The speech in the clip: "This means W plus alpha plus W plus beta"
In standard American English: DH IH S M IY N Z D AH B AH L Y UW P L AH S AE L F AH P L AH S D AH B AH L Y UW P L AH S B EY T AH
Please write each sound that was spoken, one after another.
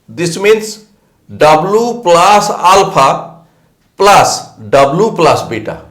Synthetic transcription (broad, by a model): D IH S M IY N S D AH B L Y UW P L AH S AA L P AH P L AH S D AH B L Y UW P L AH S B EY T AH